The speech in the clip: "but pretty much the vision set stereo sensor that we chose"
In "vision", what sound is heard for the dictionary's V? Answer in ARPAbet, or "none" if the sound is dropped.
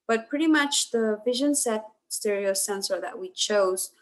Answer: V